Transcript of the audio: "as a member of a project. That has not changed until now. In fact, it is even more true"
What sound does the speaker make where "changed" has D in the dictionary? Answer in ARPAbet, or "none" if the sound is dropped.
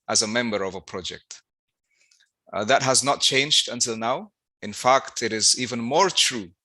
D